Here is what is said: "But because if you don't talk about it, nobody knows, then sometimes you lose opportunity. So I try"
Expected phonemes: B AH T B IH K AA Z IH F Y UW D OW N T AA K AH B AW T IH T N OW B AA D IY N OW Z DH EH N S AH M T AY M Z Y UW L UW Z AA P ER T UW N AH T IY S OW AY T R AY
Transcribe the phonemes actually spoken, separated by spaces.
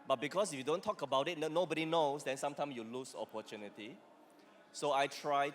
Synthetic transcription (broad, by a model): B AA T B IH K AA S IH F Y UW D OW N T AA K AH B AW T IH T N OW B AA D IY N OW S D EH N S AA M T AY M S Y UW L UW S AA P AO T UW N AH T IY S OW AY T R AY